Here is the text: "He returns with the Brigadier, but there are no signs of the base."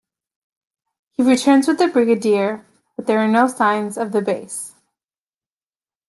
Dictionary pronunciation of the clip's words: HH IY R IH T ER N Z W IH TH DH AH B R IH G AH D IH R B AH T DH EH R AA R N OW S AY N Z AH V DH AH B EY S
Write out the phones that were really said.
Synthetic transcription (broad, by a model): HH IY R IH T ER N Z W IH DH AH B R IH G AH D IH R B AH T DH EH R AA R N OW S AY N Z AH V DH AH B EY S